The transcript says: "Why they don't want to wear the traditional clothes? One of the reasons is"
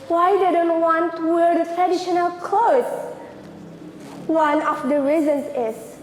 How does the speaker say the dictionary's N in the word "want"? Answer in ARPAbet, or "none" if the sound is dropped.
N